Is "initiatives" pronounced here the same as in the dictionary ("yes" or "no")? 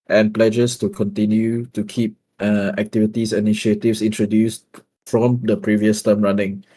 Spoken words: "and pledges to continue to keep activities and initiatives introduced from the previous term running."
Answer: no